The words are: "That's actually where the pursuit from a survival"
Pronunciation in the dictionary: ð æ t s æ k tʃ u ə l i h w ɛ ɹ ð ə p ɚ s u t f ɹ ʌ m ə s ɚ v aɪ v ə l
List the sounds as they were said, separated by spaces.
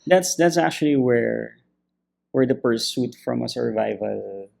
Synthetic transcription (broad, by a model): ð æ t s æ k tʃ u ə w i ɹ w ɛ ɹ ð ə p ɚ s u t f ɹ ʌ m ə s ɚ v aɪ v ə l